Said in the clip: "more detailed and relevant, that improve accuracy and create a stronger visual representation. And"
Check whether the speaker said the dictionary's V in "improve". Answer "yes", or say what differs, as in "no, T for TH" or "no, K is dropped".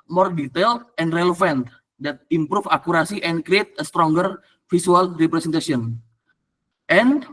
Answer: no, F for V